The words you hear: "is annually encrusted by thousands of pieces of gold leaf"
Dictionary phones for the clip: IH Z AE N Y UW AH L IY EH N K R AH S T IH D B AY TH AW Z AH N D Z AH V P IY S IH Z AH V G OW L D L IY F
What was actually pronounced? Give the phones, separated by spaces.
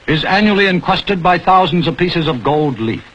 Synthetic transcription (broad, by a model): IH Z AE N Y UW L IY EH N K W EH S T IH D B AY TH AW Z N D Z AH V P IY S IH Z AH V G OW L D L IY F